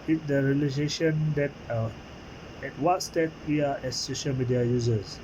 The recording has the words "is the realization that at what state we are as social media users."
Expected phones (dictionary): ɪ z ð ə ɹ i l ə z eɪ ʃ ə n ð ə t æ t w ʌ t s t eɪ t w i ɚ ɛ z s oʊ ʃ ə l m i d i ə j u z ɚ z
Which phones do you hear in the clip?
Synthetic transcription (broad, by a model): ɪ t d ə ɹ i l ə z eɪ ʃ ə n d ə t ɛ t w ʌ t s t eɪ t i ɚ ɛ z s oʊ ʃ ə l m i d i ə j u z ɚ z